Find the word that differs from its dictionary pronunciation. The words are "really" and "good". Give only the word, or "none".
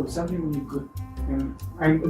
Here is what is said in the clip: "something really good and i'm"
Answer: really